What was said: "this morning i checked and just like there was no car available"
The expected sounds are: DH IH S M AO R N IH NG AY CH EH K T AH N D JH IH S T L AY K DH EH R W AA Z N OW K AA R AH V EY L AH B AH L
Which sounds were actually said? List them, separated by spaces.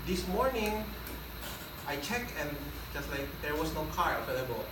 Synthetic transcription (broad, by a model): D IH S M AO R N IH NG AY CH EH K AH N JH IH S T L AY K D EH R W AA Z N OW K AA R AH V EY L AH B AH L